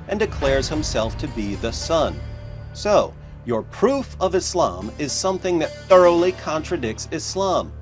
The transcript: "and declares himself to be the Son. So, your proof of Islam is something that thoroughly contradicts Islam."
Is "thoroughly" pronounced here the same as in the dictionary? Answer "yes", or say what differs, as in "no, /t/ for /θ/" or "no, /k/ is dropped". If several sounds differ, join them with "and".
yes